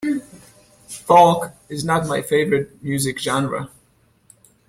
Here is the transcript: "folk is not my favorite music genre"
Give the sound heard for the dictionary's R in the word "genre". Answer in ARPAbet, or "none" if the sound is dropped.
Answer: R